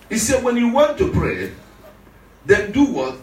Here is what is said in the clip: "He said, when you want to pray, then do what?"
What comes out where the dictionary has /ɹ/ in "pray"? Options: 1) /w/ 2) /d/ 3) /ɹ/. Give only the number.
3